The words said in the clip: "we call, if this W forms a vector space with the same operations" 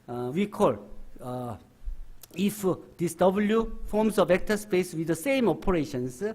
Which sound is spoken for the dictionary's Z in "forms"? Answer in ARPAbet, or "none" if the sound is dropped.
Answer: S